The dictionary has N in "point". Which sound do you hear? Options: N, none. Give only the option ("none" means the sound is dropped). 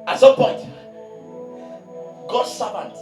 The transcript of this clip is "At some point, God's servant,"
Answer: N